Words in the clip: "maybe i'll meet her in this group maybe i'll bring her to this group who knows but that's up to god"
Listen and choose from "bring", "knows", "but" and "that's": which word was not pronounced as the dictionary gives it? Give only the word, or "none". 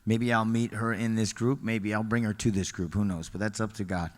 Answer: none